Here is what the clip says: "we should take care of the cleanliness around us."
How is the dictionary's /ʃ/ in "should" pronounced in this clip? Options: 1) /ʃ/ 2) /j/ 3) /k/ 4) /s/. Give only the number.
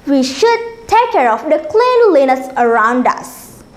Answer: 1